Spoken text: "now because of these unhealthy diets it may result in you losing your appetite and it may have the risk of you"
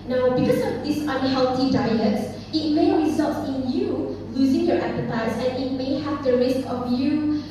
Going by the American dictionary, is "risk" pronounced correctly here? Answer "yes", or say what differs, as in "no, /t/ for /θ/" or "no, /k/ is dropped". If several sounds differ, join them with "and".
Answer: yes